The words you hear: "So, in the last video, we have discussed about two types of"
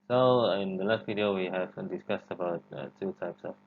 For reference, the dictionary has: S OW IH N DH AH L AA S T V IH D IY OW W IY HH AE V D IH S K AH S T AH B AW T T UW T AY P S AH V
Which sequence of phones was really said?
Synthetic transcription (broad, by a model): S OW IH N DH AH L AA S T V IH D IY OW W IY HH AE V D IH S K AH S T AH B AW T T UW T AY P S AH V